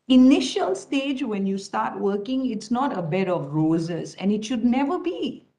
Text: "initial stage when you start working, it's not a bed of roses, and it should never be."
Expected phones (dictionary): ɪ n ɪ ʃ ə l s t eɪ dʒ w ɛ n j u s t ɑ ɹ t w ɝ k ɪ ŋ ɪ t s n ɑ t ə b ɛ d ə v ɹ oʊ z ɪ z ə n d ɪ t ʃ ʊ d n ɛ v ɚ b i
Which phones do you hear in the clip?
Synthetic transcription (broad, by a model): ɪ n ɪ ʃ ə l s t eɪ dʒ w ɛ n j u s t ɑ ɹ t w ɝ k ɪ ŋ ɪ t s n ɑ t ə b ɛ d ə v ɹ oʊ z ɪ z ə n ɪ t ʃ ʊ d n ɛ v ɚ b i